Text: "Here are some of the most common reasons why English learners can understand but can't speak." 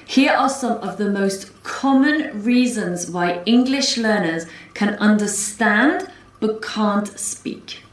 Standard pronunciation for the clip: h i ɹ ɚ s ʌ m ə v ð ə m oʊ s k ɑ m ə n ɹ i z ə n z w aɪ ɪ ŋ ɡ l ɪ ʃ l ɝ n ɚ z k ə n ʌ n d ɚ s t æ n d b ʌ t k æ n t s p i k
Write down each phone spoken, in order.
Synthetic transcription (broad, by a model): h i ɹ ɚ s ʌ m ə v ð ə m oʊ s k ɑ m ə n ɹ i z ə n z w aɪ ɪ ŋ ɡ l ɪ ʃ l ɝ n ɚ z k ə n ʌ n d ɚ s t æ n d b ʌ t k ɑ n t s p i k